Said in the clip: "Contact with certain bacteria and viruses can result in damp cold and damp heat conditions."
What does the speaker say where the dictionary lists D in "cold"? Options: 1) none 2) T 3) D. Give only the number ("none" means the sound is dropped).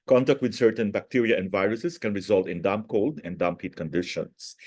3